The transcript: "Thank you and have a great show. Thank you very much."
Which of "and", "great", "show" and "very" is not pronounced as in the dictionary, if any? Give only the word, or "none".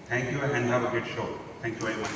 great